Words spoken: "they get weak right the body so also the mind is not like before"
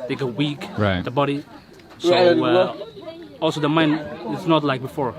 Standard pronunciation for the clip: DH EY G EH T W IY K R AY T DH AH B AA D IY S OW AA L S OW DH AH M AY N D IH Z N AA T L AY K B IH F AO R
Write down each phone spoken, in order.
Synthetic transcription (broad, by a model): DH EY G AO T W IY K R AY T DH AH B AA D IY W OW AA L S OW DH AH M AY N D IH S N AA T L AY K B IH F AO R